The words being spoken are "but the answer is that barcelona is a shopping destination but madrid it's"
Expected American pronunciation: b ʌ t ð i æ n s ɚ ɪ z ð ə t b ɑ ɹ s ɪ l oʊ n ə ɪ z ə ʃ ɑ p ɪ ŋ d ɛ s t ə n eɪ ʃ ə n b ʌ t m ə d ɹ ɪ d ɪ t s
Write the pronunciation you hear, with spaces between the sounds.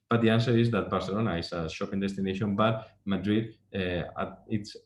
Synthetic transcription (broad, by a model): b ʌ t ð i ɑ n s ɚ ɪ z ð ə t b ɑ ɹ s ɪ l oʊ n ə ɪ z ə ʃ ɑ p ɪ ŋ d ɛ s t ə n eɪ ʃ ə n b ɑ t m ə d ɹ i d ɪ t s